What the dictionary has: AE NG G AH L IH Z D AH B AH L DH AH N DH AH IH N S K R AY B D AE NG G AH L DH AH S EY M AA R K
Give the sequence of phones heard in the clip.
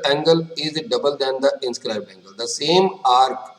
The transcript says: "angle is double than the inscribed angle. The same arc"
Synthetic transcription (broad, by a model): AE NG G AH L IH Z D AH B AH L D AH N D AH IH N S K R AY B AE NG G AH L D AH S EY M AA R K